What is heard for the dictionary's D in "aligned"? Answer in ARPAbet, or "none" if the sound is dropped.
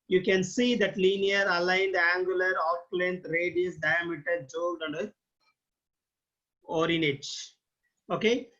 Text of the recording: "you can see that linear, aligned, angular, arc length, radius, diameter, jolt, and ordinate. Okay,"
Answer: D